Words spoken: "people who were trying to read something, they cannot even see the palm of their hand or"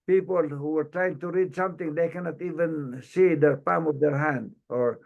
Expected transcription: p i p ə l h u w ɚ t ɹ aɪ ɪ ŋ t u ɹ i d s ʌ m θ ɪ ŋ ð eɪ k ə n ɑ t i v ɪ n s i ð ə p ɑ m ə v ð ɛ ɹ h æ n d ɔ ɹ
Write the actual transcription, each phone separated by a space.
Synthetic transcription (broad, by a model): p i p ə l h u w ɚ t ɹ aɪ ɪ ŋ t u ɹ i d s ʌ m t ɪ ŋ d eɪ k ə n ɑ t i v ɪ n s i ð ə p ɑ m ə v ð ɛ ɹ h æ n d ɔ ɹ